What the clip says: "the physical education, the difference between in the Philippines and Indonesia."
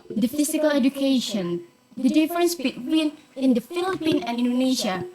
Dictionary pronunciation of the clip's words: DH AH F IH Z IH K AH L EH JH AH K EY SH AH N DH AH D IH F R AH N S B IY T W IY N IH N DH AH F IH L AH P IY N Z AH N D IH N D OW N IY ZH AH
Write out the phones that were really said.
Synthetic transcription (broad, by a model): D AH F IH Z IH K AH L EH JH AH K EY SH AH N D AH D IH F R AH N S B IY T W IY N IH N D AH F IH L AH P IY N AH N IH N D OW N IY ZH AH